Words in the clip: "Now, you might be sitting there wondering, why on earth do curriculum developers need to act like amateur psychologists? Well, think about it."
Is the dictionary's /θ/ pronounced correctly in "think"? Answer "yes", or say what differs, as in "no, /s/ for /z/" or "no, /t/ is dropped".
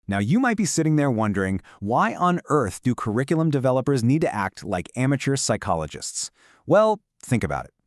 yes